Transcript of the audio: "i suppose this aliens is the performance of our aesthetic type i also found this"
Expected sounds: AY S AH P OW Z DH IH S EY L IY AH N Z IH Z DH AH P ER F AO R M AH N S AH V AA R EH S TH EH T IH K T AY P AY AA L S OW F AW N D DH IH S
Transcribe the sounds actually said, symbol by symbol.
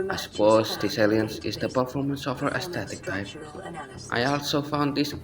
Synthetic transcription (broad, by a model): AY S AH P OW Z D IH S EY L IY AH N S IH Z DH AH P ER F AO R M AH N S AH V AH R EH S T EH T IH K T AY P AY AA L S OW F AW N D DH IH S